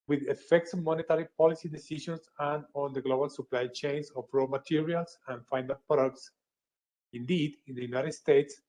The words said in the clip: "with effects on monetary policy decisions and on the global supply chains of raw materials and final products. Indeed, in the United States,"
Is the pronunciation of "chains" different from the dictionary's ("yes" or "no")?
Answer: yes